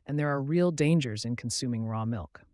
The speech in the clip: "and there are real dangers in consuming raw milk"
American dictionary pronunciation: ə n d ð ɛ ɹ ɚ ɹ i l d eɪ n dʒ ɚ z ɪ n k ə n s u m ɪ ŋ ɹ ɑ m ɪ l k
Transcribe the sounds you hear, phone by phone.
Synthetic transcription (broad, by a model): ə n ð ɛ ɹ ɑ ɹ i l d eɪ n dʒ ɚ z ɪ n k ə n s u m ɪ ŋ ɹ ɑ m ɪ l k